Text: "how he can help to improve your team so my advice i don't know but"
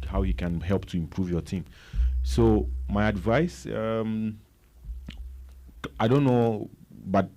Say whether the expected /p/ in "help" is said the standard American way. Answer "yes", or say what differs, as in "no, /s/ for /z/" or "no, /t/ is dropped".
yes